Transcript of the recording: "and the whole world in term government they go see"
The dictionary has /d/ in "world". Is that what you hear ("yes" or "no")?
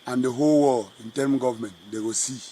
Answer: no